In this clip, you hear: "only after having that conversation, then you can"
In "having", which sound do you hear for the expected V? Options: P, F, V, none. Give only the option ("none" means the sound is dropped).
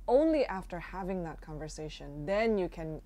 V